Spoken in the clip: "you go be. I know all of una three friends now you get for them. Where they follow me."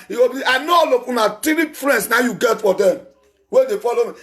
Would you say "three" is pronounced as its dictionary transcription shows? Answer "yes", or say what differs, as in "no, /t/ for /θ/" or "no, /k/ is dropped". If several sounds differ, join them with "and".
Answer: no, /t/ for /θ/